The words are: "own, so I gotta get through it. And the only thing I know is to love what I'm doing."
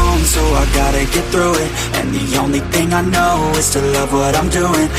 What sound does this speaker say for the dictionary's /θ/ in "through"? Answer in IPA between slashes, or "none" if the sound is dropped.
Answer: /θ/